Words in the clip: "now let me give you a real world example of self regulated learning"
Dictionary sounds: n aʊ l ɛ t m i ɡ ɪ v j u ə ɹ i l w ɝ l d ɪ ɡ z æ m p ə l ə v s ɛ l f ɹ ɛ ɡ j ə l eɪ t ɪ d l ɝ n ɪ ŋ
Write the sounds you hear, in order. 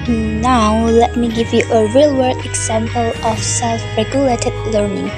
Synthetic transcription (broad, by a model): n aʊ l ɛ t m i ɡ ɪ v j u ə ɹ i l w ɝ d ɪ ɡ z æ m p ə l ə f s ɛ l f ɹ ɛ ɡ j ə l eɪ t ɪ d l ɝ n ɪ ŋ